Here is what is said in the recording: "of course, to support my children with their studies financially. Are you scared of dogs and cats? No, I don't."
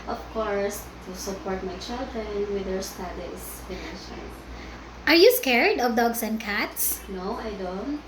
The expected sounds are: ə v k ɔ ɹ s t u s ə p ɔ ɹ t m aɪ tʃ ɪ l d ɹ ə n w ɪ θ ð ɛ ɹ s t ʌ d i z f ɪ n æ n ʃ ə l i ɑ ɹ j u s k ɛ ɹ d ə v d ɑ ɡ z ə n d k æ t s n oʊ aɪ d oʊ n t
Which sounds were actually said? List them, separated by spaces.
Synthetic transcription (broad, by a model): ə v k ɔ ɹ s t u s ə p ɔ ɹ t m aɪ tʃ ɪ l d ɹ ə n w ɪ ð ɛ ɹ s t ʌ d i s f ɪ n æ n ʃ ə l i ɑ ɹ j u s k ɛ ɹ d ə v d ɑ ɡ s ə n d k æ t s n oʊ aɪ d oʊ n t